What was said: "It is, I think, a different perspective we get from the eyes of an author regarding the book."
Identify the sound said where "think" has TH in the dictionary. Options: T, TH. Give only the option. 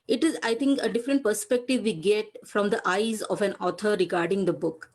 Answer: T